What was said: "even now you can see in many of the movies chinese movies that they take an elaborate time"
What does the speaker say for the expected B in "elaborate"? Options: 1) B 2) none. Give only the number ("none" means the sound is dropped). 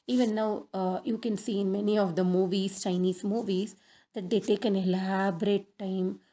1